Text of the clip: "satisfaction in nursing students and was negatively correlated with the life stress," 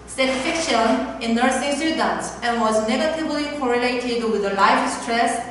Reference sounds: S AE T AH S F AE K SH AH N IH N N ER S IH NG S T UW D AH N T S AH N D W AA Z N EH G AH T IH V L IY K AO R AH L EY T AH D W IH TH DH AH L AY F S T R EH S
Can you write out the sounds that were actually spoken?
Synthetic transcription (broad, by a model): S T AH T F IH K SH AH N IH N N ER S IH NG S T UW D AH N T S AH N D W AA Z N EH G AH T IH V L IY K AO R AH L EY T AH D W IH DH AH L AY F S T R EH S